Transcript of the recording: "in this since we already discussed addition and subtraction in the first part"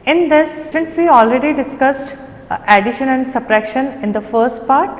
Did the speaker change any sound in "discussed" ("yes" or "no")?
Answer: no